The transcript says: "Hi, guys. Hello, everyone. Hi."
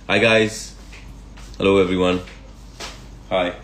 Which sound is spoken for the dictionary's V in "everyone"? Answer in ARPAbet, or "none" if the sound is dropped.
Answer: V